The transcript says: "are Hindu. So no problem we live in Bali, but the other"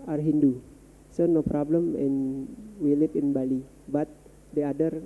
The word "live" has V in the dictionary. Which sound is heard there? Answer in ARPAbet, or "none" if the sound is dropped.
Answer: P